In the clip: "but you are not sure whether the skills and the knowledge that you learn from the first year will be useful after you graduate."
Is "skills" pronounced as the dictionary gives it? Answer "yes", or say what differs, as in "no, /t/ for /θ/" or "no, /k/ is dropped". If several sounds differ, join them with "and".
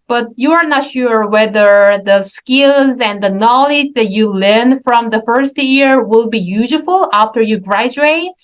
yes